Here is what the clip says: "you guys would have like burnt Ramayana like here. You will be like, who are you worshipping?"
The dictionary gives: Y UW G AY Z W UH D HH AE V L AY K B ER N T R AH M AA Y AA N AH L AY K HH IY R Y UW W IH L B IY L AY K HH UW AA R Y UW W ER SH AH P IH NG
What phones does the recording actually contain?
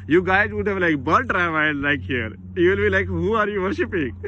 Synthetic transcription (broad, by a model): Y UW G AY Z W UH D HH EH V L AY K B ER L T R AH IH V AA AH L AY K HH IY R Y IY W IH L B IY L AY K HH UW AA R Y UW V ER SH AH P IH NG